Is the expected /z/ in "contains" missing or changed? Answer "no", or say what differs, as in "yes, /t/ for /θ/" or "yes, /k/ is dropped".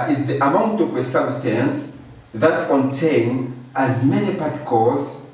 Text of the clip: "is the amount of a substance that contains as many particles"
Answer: yes, /z/ is dropped